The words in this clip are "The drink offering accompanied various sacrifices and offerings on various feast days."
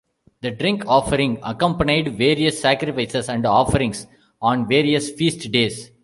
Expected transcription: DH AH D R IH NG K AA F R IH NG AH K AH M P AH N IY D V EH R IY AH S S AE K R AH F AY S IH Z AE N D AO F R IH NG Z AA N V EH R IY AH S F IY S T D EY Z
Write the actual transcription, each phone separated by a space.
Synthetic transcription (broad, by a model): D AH D R IH NG K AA F R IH NG AH K AH M P AH N IY D V EH R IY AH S S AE K R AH F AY S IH S AE N D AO F R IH NG S AA N V EH R IY AH S F IY S T D EY S